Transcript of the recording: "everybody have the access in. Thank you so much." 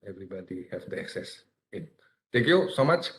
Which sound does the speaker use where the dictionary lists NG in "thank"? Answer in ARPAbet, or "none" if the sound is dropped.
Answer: none